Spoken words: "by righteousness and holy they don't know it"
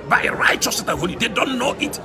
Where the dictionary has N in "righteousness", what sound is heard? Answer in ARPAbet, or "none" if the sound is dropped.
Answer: none